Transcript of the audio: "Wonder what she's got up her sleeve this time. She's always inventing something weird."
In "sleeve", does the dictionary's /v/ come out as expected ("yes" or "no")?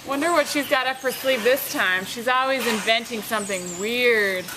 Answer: no